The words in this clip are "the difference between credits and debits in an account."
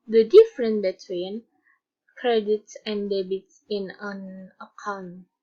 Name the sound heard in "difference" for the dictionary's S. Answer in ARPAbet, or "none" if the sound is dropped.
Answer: none